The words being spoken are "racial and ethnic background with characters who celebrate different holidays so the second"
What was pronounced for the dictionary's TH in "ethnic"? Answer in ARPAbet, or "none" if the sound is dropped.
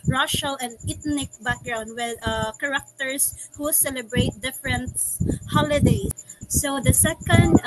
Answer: T